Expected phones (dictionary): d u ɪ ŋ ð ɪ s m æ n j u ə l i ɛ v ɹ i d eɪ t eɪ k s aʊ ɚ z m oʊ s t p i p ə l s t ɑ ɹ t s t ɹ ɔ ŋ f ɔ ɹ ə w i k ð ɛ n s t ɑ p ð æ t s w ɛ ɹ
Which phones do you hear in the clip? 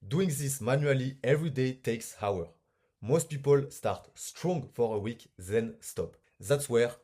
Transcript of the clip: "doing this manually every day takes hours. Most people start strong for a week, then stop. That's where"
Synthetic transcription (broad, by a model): d u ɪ ŋ ð ɪ s m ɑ n j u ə l i ɛ v ɹ i d eɪ t eɪ k s aʊ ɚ m oʊ s t p i p ə l s t ɑ ɹ t s t ɹ ɔ ŋ f ɔ ɹ ə w i k ð ɛ n s t ɑ p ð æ t s w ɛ ɹ